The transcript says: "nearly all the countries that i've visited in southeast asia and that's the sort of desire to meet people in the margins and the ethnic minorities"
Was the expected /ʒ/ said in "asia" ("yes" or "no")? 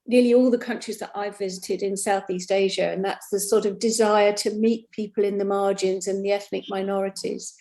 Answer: yes